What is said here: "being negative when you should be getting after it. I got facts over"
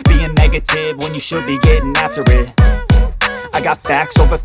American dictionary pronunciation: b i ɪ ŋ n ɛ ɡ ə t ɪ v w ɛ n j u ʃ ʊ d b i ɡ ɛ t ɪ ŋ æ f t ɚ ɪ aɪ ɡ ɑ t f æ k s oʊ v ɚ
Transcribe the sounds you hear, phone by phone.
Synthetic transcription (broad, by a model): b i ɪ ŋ n ɛ ɡ ə t ɪ v w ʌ n j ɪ ʃ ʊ d b i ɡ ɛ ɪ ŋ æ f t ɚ ɪ aɪ ɡ ɑ t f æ k s oʊ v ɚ